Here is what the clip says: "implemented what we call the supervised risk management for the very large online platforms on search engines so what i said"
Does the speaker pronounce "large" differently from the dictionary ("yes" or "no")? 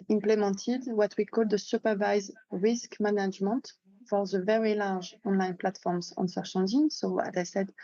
yes